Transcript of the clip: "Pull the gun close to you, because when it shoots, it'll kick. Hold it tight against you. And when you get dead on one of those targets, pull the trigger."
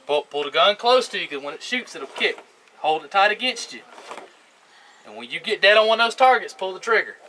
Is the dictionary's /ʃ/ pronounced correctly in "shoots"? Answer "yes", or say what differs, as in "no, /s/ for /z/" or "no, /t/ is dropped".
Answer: yes